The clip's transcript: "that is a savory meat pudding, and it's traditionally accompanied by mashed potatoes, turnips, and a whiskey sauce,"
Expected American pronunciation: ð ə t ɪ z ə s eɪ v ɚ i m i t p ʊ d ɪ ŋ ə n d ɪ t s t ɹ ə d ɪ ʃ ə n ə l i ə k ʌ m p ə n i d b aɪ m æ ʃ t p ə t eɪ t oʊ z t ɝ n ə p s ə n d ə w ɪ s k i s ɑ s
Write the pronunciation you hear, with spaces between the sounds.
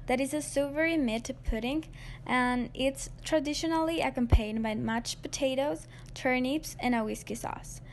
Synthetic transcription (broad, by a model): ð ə t ɪ z ə s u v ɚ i m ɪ t p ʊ d ɪ ŋ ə n ɪ t s t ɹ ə d ɪ ʃ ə n l i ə k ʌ m p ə i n b aɪ m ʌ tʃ p ə t eɪ t oʊ z t ɝ n ə p s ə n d ə w ɪ s k i s ɑ s